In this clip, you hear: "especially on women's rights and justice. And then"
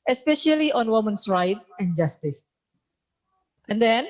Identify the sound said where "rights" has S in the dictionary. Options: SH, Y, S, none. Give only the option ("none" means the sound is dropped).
none